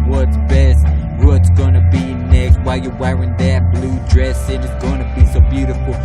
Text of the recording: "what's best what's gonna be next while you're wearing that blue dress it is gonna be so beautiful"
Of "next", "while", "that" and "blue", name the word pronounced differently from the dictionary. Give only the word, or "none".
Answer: none